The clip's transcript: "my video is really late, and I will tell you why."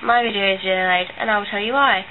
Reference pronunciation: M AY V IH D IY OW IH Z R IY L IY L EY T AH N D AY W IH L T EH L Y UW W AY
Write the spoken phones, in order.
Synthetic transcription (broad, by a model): M AY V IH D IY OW IH Z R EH N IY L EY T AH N AY W IH L T EH L Y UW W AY